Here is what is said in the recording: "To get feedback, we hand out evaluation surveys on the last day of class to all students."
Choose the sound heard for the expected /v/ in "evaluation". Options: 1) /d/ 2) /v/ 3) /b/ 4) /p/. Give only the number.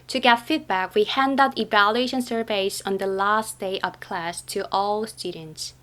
2